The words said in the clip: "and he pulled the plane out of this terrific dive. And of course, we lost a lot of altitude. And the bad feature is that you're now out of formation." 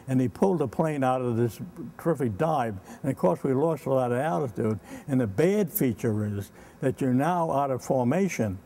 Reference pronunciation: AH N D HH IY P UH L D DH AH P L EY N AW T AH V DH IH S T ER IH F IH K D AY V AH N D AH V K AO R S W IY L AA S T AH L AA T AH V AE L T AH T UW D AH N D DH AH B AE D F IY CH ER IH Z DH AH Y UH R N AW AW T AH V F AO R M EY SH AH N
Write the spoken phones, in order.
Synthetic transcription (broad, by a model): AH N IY P UH L D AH P L EY N AW T AH V DH IH S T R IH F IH D AY B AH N AH V K AO R S W IY L AA S T AH L AA T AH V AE T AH T UW D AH N DH AH B AE D F IY CH ER IH Z DH AH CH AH R N AW AW T AH V F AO R M EY SH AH N